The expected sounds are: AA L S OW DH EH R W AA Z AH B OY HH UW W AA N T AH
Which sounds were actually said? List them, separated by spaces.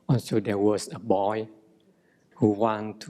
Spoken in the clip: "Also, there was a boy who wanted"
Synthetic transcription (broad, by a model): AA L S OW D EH W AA S AH B OY HH UW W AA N T